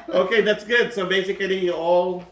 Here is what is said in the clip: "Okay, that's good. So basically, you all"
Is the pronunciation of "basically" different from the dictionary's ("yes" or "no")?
yes